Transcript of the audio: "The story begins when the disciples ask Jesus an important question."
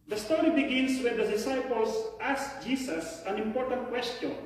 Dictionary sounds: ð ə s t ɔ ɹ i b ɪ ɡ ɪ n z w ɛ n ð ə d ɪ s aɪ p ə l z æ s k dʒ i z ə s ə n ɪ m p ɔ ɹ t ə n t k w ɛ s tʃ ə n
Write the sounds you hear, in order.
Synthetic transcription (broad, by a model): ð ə s t ɔ ɹ i b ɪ ɡ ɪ n s w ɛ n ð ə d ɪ s aɪ p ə l s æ s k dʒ i s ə s ə n ɪ m p ɔ ɹ t ə n t k w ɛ s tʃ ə n